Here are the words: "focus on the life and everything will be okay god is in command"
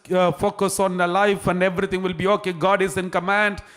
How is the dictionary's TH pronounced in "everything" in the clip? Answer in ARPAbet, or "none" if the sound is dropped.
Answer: T